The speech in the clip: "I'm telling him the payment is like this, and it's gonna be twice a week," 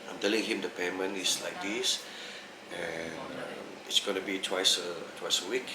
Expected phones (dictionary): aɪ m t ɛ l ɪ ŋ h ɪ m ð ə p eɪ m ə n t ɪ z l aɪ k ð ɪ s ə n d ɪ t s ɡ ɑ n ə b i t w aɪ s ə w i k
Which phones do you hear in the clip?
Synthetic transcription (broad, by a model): aɪ m t ɛ l ɪ ŋ h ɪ m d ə p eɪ m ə n ɪ s l aɪ k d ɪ s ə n ɪ t s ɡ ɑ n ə b i t w aɪ s ə w i k